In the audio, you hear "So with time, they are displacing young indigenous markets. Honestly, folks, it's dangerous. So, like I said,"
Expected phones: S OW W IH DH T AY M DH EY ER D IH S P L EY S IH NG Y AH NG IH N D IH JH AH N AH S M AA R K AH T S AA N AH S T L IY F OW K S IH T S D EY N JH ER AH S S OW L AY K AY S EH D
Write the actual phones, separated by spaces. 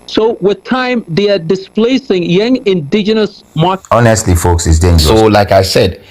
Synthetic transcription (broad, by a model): S OW W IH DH T AY M DH EY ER D IH S P L EY S IH NG Y AH NG IH N D IH JH AH N AH S M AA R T AA N AH S T L IY F OW K S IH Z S D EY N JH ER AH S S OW L AY K AY S EH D